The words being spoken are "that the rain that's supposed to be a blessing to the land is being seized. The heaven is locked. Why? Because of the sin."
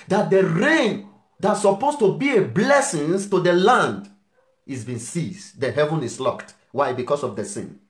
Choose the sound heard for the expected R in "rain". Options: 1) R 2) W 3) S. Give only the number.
1